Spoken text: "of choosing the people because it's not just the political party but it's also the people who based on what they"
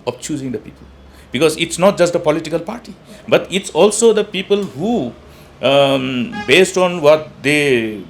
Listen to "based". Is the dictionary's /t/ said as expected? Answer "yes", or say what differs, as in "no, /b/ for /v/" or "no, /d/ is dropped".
yes